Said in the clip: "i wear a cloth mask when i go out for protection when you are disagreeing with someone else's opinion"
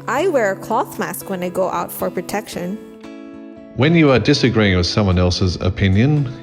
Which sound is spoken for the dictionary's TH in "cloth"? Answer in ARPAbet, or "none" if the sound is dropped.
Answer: TH